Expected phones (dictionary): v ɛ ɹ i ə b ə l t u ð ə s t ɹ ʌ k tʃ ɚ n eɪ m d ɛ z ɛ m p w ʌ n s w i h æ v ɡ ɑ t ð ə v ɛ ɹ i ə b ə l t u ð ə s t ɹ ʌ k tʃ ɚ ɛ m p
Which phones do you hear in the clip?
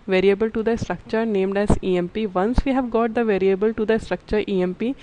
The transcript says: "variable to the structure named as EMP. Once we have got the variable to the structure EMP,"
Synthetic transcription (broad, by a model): v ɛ ɹ i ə b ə l t u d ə s t ɹ ʌ k tʃ ɚ n eɪ m d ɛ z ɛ m p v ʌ n s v i h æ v ɡ ɑ t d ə v ɛ ɹ i ə b ə l t u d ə s t ɹ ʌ k tʃ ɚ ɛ m p